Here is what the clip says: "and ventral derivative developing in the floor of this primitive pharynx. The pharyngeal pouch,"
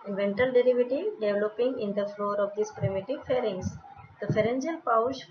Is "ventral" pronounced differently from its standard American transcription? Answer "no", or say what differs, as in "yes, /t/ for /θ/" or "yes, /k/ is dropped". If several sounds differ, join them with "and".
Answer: yes, /ɹ/ is dropped